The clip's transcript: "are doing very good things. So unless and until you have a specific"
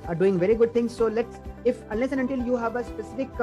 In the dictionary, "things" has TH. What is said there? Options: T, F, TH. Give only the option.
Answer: T